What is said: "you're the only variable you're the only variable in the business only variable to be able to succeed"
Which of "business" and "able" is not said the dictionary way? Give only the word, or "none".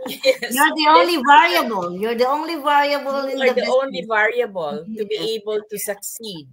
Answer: business